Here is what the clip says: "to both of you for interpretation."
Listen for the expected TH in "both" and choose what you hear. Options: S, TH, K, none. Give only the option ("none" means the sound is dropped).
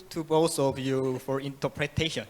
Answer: S